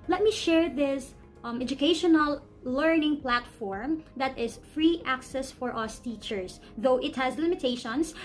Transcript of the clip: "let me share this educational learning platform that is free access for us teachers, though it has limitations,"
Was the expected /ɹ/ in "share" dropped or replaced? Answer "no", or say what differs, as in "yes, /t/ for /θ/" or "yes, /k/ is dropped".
no